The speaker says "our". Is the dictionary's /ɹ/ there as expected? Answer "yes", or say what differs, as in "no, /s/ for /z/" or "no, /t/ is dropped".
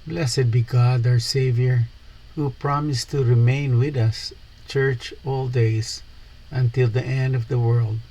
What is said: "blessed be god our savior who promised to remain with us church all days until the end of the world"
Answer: no, /w/ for /ɹ/